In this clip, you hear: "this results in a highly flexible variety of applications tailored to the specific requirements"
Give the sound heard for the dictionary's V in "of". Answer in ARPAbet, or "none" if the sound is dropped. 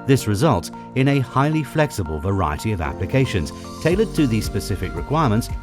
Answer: V